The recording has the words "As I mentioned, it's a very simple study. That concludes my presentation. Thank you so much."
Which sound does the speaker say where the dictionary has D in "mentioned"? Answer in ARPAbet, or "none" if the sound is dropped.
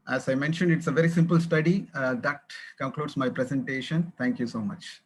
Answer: D